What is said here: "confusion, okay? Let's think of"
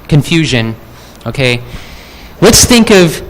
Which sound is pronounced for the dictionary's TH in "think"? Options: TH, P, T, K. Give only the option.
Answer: TH